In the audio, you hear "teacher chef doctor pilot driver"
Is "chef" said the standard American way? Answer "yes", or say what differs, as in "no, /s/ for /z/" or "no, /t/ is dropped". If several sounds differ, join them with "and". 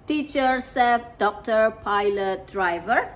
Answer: no, /s/ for /ʃ/